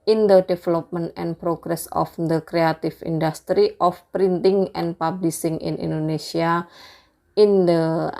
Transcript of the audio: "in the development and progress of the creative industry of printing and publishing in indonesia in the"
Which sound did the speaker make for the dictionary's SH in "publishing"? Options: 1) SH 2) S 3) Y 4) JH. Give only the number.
2